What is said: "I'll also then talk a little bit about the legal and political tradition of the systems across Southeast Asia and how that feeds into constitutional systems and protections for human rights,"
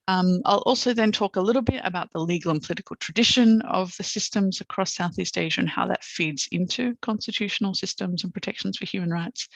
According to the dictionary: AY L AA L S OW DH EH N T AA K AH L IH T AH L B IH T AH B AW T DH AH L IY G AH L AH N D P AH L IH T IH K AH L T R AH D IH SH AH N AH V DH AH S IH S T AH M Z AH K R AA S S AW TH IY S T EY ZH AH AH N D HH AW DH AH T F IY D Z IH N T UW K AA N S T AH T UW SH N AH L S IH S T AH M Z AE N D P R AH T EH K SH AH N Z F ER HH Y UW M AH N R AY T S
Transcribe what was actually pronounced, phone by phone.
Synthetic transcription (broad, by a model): AY L AA L S OW DH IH N T AA K AH L IH T L B IH T AH B AW T DH AH L IY G L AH N P AH L IH T IH K AH L T R AH D IH SH AH N AH V DH AH S IH S T AH M Z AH K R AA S S AW TH IY S T EY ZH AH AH N HH AW DH AH T F IY D Z IH N T UW K AA N S T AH T UW SH N L S IH S T AH M Z N P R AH T EH K SH N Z F ER HH Y UW M AH N R AY T S